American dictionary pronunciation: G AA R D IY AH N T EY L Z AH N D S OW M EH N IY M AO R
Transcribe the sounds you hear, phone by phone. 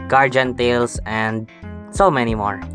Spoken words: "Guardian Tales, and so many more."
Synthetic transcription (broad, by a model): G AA R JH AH N T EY L S AH N D S OW M EH N IY M AO R